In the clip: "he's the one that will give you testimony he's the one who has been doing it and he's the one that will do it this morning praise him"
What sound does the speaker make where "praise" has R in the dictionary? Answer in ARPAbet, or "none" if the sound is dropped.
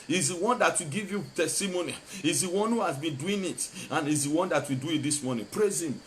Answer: R